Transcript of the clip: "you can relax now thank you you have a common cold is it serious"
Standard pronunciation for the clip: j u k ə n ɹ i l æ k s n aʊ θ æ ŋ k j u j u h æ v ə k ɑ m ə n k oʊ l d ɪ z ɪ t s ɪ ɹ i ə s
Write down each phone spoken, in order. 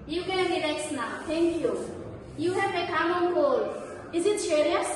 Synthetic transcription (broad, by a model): j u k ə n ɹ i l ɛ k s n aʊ t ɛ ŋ k j u j u h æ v ə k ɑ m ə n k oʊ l ɪ z ɪ t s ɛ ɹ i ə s